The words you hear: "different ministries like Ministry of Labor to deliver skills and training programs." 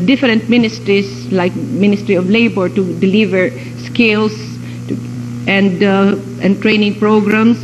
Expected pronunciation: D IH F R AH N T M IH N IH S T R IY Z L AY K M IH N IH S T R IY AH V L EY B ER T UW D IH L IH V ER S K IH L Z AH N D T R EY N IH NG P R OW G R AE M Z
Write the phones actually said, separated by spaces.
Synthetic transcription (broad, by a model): D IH F R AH N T M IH N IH S T R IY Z L AY K M IH N IH S T R IY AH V L EY B ER T UW D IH L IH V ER S K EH L S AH N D T R EY N IH NG P R OW G R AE M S